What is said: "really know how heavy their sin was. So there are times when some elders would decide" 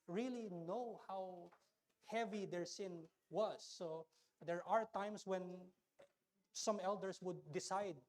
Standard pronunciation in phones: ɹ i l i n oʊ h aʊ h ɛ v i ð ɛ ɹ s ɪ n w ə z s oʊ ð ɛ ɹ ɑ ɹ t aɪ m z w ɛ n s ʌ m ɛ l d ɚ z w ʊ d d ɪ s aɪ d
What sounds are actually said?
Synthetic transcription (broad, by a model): ɹ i l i n oʊ h aʊ h ɛ v i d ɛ ɹ s ɪ n w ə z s oʊ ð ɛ ɹ ɑ ɹ t aɪ m s w ɛ n s ʌ m ɛ l d ɚ s w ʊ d d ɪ s aɪ d